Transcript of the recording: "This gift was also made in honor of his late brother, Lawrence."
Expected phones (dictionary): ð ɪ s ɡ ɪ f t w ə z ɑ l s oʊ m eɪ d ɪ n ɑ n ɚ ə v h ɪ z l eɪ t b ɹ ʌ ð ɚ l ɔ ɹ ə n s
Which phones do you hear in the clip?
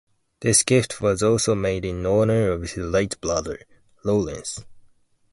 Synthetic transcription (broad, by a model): ð ɪ s ɡ ɪ f t w ə z ɑ l s oʊ m eɪ d ɪ n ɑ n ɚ ə v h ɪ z l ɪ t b l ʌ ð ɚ l ɔ l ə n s